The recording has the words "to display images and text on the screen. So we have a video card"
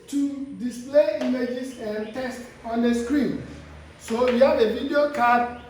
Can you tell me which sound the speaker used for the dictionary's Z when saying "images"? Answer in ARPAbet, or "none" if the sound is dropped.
S